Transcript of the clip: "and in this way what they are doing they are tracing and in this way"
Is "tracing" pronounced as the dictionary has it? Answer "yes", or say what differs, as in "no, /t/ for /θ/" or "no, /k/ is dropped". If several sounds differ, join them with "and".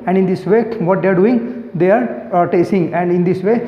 no, /ɹ/ is dropped